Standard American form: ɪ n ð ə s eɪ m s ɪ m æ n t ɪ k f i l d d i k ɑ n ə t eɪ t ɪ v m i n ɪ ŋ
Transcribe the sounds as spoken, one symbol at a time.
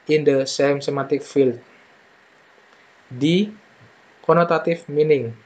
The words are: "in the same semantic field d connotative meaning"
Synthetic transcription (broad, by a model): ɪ n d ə s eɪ m s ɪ m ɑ t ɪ k f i l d d i k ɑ n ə t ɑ t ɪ f m i n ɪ ŋ